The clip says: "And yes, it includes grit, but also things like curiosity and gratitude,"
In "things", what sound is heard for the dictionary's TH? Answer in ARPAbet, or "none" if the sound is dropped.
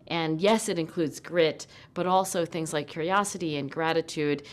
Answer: TH